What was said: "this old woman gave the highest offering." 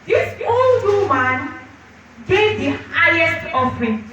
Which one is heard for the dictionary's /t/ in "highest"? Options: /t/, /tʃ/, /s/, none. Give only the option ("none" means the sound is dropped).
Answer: /t/